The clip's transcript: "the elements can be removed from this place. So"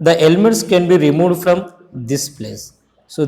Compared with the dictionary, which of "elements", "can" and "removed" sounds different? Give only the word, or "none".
none